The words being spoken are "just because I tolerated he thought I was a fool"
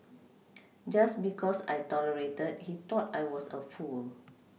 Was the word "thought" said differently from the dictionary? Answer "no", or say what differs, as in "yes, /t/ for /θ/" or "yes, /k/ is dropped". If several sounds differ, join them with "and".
yes, /t/ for /θ/